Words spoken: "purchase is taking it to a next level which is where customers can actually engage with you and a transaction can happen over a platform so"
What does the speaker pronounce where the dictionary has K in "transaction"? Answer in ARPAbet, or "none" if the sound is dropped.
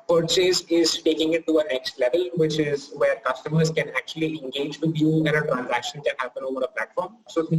K